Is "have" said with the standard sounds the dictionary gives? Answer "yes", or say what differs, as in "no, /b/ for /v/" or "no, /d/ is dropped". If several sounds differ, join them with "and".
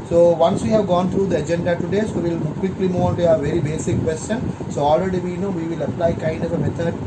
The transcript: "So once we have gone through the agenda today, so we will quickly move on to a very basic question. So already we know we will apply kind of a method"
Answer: yes